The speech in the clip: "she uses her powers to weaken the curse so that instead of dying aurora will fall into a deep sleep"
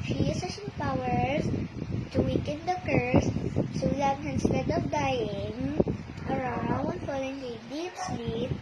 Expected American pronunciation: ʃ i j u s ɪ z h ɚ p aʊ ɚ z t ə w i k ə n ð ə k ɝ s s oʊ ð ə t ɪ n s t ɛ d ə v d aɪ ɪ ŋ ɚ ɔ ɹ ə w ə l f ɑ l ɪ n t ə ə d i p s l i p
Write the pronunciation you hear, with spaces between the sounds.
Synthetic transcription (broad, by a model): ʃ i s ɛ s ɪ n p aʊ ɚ s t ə w i k ə n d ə k ɝ s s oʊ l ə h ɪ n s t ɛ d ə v d aɪ ɪ ŋ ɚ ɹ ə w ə n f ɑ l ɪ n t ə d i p s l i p